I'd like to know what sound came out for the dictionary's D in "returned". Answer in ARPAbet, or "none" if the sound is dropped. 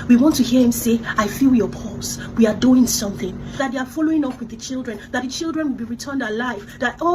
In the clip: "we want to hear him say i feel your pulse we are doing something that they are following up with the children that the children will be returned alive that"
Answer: D